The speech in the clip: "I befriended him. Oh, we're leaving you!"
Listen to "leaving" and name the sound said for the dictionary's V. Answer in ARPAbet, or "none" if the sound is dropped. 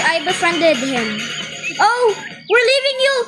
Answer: V